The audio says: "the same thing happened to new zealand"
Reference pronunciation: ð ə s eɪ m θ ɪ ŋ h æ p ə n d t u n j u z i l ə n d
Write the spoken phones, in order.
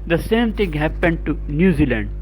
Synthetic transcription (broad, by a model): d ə s eɪ m t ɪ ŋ h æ p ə n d t u n j u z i l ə n d